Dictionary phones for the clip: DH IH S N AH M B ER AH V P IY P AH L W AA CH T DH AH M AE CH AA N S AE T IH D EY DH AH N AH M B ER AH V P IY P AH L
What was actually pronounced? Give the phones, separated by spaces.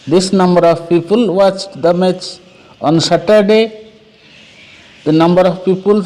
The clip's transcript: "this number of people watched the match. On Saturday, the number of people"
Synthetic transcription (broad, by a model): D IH S N AH M B ER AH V P IY P AH L W AA CH T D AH M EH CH AA N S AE T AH D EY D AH N AH M B ER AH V P IY P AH L